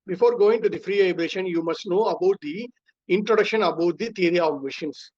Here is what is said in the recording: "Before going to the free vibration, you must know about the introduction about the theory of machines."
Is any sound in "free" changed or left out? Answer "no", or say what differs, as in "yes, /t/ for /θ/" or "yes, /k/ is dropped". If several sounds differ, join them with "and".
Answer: no